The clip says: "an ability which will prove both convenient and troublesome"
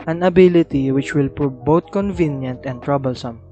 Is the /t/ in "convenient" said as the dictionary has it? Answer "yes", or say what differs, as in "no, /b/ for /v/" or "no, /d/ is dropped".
yes